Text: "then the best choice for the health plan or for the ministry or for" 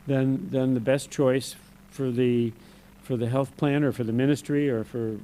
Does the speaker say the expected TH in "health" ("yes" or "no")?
yes